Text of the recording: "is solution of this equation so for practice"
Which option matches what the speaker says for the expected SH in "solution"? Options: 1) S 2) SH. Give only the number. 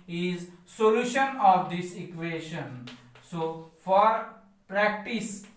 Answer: 2